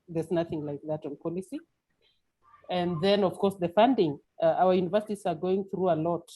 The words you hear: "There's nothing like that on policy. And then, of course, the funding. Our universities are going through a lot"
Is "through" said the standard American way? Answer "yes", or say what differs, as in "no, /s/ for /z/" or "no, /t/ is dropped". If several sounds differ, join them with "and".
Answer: yes